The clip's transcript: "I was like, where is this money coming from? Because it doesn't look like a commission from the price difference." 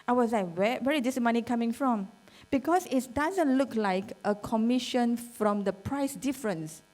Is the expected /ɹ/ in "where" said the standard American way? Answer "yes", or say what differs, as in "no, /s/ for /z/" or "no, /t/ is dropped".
no, /w/ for /ɹ/